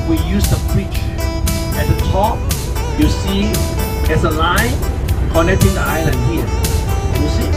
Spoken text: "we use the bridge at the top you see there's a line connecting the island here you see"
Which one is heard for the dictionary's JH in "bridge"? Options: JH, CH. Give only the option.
CH